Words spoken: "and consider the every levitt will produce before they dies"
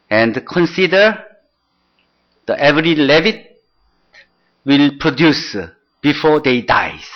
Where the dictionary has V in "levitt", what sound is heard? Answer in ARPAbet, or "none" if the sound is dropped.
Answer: V